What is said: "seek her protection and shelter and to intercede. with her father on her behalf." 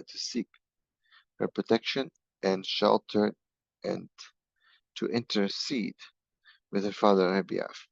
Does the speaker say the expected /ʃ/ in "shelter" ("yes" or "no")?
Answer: yes